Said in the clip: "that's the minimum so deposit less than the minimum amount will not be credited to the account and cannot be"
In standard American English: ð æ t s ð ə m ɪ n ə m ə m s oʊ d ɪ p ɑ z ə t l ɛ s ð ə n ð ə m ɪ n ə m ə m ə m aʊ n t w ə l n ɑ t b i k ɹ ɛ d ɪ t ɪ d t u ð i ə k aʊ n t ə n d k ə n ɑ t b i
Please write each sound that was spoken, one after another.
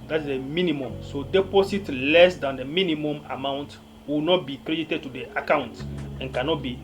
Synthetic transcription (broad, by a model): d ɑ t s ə m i n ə m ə m s oʊ d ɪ p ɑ s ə t l ɛ s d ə n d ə m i n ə m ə m ə m aʊ n t w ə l n ɑ t b i k ɹ ɛ d ɪ t ɪ d t u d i ə k aʊ n t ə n k ə n ɑ t b i